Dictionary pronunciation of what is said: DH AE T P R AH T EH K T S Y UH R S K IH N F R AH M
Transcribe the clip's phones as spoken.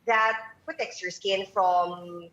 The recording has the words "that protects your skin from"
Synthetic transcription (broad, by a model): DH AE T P AH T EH K S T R S K IH N F R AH M